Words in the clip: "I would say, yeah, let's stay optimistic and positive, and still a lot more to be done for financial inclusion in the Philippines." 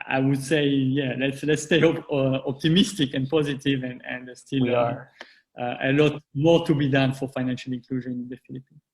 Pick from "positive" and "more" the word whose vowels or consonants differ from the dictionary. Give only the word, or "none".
none